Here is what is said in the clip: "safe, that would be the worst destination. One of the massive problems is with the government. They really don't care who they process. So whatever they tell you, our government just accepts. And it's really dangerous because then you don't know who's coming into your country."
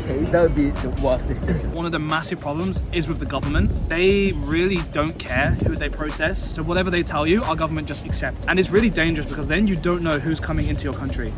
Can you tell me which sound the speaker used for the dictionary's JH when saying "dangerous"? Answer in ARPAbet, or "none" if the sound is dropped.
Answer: JH